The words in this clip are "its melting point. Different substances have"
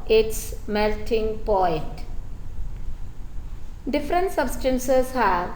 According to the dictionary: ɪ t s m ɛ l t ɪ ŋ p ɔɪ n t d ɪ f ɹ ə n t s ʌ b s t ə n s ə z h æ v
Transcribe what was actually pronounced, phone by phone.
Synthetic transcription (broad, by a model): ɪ t s m ɛ l t ɪ ŋ p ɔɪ t d ɪ f ɹ ə n t s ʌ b s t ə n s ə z h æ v